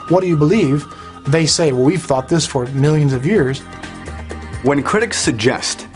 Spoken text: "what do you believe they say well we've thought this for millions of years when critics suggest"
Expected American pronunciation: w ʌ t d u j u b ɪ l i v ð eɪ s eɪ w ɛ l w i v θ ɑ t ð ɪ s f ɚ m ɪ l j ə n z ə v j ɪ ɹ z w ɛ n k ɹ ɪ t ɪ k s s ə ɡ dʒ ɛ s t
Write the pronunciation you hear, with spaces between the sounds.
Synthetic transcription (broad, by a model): w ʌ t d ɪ j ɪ b ɪ l i v ð eɪ s eɪ w ɛ l w i v θ ɑ t ð ɪ s f ɚ m ɪ l j ə n z ə v j ɪ ɹ z w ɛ n k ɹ ɪ t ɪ k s s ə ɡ dʒ ɛ s t